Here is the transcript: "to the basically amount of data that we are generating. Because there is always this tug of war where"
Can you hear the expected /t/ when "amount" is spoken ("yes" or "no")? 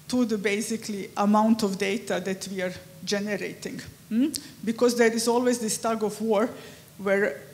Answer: yes